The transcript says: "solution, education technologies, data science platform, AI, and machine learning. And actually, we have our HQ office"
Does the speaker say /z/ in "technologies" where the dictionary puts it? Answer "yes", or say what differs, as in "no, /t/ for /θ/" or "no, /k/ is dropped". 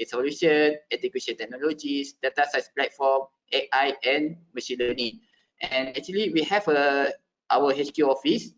no, /s/ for /z/